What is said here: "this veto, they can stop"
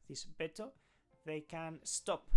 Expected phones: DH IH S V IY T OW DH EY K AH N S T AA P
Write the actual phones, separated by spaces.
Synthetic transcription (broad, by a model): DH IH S B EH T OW DH EY K AH N S T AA P